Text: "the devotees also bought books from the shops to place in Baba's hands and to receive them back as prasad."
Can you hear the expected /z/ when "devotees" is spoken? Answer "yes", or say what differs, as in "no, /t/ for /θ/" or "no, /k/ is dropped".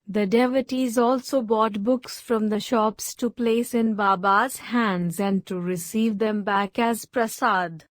yes